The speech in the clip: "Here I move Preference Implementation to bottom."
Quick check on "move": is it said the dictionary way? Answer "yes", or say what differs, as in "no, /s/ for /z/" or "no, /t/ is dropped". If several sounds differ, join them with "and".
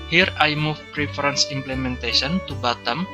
no, /f/ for /v/